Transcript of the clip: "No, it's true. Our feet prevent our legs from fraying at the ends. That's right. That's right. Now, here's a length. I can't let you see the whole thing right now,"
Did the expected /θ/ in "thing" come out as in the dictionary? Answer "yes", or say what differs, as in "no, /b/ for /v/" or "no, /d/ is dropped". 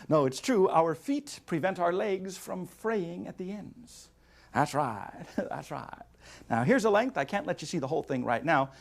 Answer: yes